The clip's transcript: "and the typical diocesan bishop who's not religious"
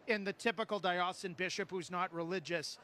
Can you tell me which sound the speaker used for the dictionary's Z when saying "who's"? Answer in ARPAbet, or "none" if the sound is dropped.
Z